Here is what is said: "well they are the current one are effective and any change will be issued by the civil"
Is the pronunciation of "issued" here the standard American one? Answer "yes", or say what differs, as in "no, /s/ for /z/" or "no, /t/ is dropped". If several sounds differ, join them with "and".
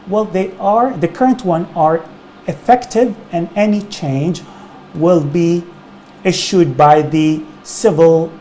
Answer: yes